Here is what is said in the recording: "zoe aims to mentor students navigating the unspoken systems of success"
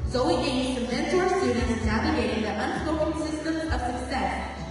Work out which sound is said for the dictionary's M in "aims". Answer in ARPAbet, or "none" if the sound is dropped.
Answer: none